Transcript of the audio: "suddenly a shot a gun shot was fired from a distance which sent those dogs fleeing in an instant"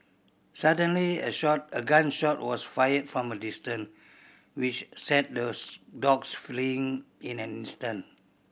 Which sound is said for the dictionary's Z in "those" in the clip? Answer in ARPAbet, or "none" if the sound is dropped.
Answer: none